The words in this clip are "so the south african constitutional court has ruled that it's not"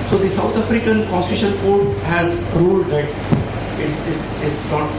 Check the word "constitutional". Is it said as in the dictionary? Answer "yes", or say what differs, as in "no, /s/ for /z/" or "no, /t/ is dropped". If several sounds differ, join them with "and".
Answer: no, /n/ is dropped and /n/ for /l/